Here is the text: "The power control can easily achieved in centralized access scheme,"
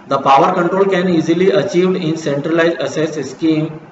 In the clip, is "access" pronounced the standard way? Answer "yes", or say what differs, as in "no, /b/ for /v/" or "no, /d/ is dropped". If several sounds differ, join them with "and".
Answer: no, /k/ is dropped